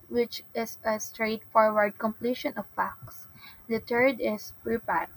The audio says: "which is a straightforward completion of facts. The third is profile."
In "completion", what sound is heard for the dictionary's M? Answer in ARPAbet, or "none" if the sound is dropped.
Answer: M